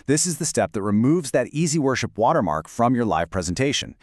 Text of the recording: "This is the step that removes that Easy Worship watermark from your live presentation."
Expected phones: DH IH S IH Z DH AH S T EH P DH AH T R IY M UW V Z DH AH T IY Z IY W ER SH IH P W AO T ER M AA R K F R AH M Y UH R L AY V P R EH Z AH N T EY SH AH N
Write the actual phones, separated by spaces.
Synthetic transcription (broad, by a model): DH IH S IH Z DH AH S T EH P DH AH T R IY M UW V Z DH AH T IY Z IY W ER SH IH P W AO T ER M AA R K F R AH M Y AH R L AY V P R EH Z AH N T EY SH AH N